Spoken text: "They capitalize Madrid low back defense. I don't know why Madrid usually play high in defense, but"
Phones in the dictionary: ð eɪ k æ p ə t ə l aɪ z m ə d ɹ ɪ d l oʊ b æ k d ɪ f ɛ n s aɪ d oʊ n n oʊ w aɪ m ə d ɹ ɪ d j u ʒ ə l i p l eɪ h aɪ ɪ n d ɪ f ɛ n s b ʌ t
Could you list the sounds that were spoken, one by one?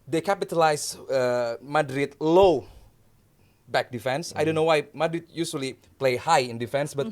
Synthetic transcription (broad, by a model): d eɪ k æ p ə t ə l aɪ s m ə d ɹ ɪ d l oʊ b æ k d ɪ f ɛ n s aɪ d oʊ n n oʊ w aɪ m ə d ɹ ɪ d j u s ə l i p l eɪ h aɪ ɪ n d ɪ f ɛ n s b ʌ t